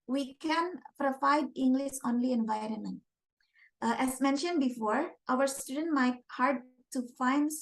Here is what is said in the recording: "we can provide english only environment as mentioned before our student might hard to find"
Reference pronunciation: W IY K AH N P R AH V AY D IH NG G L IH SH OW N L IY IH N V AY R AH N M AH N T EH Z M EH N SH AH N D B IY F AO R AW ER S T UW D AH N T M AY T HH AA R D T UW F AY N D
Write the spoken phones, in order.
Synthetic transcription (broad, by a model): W IY K AH N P R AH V AY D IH NG G L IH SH OW N L IY IH N V AY R AH N M AH N T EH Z M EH N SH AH N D B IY F AO R AW ER S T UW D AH N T M AY T HH AA R D T UW F AY N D